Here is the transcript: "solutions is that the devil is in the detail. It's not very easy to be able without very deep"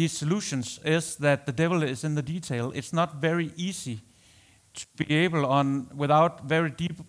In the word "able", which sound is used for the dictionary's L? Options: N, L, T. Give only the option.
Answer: N